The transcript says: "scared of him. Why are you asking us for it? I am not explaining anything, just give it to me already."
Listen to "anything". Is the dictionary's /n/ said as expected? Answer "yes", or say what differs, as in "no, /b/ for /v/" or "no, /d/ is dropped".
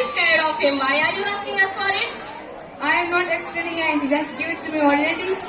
no, /n/ is dropped